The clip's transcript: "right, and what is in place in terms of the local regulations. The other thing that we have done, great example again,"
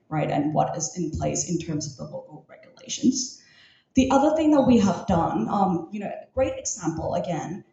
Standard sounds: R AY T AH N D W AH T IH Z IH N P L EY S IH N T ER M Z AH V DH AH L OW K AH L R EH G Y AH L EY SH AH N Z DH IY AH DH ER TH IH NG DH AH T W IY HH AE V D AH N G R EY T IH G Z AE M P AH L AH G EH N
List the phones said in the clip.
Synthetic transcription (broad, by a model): R AY T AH N W AH T IH Z IH N P L EY S IH N T ER M Z AH V DH AH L OW K L R EH G Y AH L EY SH AH N Z DH IY AH DH ER TH IH NG DH AH T W IY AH V D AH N G R EY T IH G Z AE M P L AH G EH N